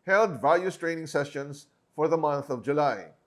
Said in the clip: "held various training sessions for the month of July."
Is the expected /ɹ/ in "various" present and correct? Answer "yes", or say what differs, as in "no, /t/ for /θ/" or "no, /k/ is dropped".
no, /l/ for /ɹ/